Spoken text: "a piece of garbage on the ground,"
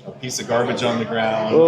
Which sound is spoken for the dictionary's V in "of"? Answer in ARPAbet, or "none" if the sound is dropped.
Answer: V